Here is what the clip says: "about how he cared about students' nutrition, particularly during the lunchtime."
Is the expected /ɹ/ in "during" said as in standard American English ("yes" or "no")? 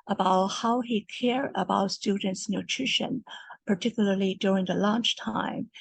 yes